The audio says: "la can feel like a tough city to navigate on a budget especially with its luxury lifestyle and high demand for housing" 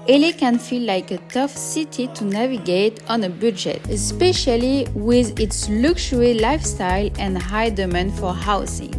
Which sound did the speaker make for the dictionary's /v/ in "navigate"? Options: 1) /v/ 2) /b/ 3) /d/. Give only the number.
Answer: 1